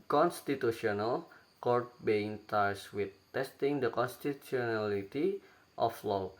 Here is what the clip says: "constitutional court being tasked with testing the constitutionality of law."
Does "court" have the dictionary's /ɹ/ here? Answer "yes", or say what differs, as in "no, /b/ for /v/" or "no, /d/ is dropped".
yes